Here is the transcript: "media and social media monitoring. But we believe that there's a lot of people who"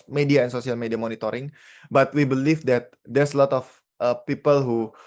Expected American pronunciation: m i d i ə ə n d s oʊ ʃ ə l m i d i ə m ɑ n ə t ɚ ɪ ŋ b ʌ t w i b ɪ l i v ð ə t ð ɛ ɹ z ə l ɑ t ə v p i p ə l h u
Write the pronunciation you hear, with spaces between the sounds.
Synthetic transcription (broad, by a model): m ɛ d i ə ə n s oʊ s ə l m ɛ d i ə m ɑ n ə t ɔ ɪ ŋ b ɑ t w i b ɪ l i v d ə t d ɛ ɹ s ə l ɑ t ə f p i p ə l h u